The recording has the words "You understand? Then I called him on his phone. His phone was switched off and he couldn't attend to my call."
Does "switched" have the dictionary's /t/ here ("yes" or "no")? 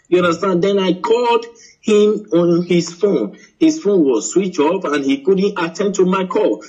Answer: no